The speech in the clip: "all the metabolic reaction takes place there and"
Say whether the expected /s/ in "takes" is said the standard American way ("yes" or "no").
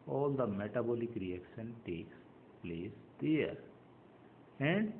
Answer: yes